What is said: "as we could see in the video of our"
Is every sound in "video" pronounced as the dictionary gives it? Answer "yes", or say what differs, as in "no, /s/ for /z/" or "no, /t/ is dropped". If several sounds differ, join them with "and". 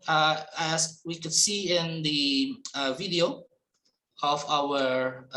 yes